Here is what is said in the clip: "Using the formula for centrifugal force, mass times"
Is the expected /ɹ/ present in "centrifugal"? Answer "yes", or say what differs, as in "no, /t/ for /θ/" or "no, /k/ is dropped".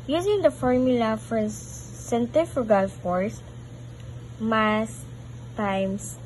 no, /ɹ/ is dropped